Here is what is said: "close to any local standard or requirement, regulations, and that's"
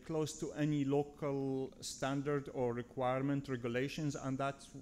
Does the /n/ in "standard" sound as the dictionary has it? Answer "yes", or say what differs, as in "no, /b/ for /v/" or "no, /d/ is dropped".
yes